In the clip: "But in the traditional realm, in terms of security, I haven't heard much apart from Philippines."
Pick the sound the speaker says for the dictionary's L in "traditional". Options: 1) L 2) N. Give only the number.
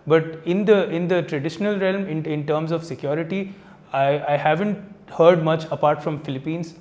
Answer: 1